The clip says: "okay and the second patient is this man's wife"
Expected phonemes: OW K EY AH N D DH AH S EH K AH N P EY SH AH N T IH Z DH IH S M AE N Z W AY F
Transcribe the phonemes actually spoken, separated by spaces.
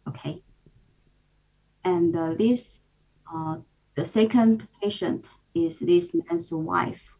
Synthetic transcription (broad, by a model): OW K EY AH N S DH AH S EH K AH N P EY SH AH N T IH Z DH IH S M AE N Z W AY F